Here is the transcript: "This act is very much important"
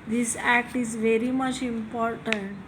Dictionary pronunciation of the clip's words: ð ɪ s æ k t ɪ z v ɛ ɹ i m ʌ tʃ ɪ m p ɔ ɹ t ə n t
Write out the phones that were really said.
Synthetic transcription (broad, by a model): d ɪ s æ k t ɪ z v ɛ ɹ i m ʌ tʃ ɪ m p ɔ ɹ t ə n t